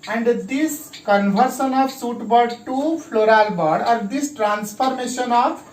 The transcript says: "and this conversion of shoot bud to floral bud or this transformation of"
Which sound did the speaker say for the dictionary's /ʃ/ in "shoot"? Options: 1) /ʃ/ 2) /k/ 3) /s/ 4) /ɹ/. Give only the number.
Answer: 3